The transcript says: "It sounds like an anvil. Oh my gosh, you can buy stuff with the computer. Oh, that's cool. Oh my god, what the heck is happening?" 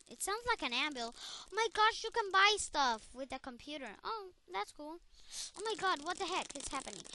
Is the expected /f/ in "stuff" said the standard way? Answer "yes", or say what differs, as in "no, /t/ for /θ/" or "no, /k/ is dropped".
yes